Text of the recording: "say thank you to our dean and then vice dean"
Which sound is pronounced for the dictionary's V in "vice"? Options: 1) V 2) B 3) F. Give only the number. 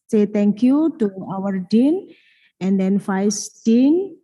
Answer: 3